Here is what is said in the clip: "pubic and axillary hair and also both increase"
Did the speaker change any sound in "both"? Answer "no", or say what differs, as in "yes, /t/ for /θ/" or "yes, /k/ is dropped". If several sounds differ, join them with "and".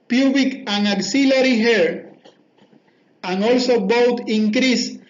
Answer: yes, /t/ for /θ/